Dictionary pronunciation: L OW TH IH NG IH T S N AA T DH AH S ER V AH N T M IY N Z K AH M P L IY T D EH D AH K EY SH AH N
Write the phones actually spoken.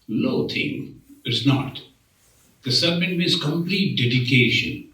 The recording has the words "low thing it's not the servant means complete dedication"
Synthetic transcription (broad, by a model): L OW T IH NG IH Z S N AA T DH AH S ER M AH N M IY Z K AH M P L IY T D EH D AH K EY SH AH N